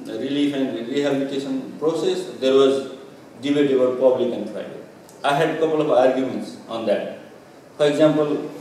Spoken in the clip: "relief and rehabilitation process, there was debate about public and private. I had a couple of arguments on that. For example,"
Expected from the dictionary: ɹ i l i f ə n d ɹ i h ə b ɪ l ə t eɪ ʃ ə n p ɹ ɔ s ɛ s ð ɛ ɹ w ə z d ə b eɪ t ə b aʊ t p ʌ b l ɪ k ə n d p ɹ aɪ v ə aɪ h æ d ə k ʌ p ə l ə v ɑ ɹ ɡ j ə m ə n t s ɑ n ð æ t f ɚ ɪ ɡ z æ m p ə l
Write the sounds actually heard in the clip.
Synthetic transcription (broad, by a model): ɹ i l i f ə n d ɹ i h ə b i l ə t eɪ s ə n p ɹ ɔ s ɛ s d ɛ ɹ w ə z d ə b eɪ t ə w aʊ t p ʌ b l ɪ k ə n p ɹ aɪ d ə aɪ h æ d k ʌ p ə l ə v ɑ ɹ ɡ j ə m ə n t s ɑ n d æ t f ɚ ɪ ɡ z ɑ m p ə l